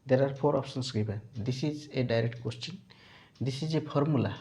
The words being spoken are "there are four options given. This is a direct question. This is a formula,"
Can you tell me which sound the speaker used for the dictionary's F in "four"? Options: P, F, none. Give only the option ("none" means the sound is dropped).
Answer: P